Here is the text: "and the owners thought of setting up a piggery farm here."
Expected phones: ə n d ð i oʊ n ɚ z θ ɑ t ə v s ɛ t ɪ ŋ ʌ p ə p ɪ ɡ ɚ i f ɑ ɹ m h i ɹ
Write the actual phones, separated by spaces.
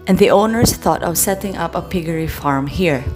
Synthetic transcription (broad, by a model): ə n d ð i oʊ n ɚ s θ ɑ t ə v s ɛ t ɪ ŋ ʌ p ə p ɪ ɡ ɚ i f ɑ ɹ m h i ɹ